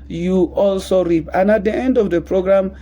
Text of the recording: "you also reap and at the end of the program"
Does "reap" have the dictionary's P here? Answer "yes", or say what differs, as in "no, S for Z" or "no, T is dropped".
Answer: yes